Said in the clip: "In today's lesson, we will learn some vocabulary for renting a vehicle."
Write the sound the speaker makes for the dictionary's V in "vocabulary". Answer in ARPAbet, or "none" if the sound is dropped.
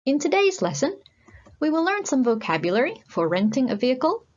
V